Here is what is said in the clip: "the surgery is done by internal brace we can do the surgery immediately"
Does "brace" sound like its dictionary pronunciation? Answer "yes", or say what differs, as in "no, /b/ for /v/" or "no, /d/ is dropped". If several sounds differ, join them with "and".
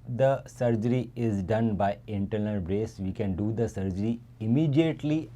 yes